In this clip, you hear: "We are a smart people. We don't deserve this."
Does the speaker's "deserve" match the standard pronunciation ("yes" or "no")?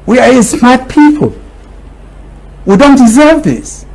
yes